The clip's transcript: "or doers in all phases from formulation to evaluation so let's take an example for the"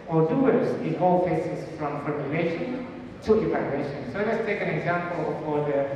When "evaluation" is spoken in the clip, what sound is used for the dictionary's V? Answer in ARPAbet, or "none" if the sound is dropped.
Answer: P